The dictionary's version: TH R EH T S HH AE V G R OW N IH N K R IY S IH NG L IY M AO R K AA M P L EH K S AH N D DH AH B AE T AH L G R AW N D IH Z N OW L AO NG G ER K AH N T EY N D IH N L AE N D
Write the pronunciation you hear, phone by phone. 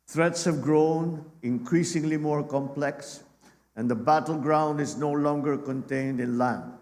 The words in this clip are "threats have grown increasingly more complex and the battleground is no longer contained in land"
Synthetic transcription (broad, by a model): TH R EH T S HH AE V G R OW N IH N K R IY S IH NG L IY M AO R K AA M P L EH K S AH N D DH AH B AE T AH L G R AW N D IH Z N OW L AO NG G ER K AH N T EY N D IH N L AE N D